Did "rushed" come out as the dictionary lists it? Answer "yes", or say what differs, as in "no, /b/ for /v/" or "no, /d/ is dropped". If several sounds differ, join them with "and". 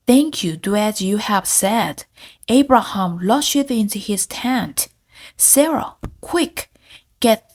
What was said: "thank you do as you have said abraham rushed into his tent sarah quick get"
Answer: no, /l/ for /ɹ/